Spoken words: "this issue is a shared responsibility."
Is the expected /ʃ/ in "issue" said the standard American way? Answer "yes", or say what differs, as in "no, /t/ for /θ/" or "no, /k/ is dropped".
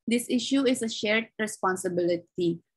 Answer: yes